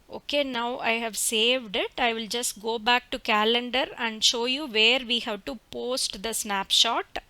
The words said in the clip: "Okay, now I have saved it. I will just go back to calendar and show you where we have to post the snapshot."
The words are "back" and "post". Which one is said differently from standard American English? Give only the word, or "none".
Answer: none